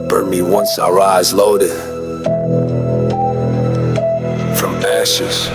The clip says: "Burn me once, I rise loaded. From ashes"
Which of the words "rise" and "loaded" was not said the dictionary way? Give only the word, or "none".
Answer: none